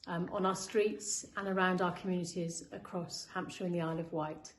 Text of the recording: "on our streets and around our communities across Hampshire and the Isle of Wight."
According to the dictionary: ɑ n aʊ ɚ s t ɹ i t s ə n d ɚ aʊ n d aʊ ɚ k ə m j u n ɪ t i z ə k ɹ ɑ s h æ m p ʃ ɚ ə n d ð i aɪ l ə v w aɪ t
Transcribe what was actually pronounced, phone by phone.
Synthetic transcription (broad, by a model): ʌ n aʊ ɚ s t ɹ i t s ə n ɚ aʊ n d aʊ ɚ k ə m j u n ɪ t i z ə k ɹ ɑ s h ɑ m p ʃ ɚ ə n ð i aɪ l ə v w aɪ t